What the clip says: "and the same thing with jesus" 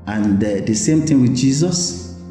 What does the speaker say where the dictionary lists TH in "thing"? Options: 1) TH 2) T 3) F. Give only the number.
2